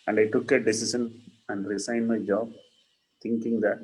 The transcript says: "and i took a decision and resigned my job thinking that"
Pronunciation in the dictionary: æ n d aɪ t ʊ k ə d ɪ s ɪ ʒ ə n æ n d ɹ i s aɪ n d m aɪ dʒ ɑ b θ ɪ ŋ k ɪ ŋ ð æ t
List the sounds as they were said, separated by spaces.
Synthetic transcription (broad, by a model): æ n d aɪ t ʊ k ə d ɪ s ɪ ʃ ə n æ n d ɹ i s aɪ n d m aɪ dʒ ɑ b t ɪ ŋ k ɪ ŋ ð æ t